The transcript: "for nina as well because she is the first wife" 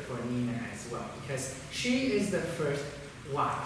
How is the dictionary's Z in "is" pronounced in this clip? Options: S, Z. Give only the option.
Z